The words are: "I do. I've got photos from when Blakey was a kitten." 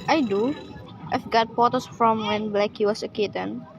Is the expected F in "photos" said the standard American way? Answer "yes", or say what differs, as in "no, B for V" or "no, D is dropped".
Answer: no, P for F